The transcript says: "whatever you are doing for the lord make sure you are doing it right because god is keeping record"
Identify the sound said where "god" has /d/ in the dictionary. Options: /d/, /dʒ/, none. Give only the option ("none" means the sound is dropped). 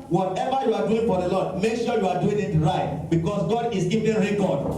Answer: /d/